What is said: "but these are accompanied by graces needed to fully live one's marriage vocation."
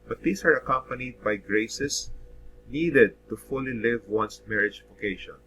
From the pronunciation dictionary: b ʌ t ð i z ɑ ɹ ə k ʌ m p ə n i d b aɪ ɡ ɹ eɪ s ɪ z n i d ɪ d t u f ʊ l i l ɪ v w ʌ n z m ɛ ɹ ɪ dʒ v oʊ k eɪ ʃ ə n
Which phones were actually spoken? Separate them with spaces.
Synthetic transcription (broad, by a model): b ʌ t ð i s ɑ ɹ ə k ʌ m p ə n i d b aɪ ɡ ɹ eɪ s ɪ s n i d ɪ d t u f ʊ l i l ɪ v w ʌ n s m ɛ ɹ ɪ dʒ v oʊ k eɪ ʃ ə n